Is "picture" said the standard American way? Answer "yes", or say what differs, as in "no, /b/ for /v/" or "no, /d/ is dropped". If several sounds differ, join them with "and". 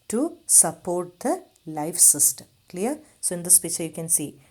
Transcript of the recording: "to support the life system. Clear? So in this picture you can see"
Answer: no, /k/ is dropped